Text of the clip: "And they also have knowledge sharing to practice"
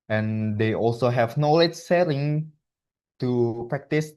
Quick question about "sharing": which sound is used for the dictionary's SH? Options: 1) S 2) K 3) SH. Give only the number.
1